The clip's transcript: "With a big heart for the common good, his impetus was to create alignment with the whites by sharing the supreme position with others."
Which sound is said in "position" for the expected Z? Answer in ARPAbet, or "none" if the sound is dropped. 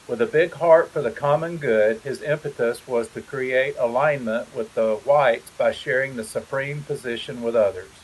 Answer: Z